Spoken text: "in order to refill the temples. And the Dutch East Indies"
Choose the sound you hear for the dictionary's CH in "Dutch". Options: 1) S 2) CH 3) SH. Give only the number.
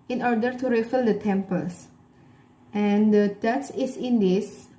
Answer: 1